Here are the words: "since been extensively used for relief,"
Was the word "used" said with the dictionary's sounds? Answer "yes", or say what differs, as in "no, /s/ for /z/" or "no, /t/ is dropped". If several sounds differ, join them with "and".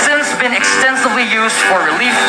yes